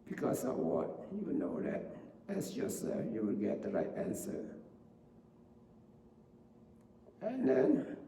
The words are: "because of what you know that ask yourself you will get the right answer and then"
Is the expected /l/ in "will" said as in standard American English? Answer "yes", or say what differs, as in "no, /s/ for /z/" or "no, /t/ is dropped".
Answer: yes